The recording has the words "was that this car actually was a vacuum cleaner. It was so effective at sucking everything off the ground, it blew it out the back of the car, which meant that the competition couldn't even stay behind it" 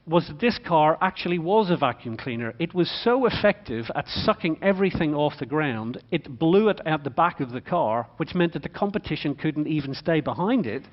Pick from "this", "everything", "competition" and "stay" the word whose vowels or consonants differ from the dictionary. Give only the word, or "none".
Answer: none